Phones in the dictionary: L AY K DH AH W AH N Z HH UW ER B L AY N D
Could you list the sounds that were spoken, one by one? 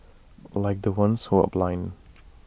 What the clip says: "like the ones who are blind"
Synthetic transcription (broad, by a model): L AY K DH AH W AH N S HH UW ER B L AY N